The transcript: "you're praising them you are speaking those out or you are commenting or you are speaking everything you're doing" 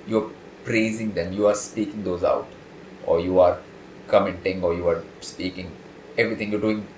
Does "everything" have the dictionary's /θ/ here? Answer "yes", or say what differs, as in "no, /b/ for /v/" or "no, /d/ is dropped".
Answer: no, /t/ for /θ/